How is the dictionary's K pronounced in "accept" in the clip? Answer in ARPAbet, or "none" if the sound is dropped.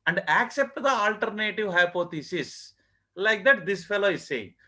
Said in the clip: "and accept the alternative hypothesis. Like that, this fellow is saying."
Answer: K